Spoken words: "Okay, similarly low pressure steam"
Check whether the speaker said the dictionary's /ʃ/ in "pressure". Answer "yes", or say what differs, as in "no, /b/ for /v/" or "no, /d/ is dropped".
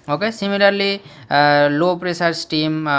no, /s/ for /ʃ/